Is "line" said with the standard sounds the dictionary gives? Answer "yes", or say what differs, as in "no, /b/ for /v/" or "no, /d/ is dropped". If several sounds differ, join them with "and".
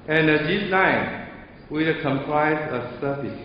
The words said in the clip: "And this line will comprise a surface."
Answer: no, /n/ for /l/